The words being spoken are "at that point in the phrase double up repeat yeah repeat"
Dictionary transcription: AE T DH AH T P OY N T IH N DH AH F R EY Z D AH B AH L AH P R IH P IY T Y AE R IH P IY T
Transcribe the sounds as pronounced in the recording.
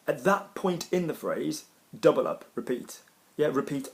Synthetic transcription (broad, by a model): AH T DH AH T P OY N T IH N DH AH F R EY Z D AH B AH L AH P R IH P IY T Y AE R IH P IY T